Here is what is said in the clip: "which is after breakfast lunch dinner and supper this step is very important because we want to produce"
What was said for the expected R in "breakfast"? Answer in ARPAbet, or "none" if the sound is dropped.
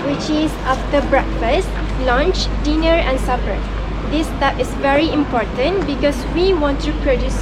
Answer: R